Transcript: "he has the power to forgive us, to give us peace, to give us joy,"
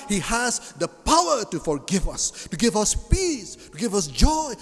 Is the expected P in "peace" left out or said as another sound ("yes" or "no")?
no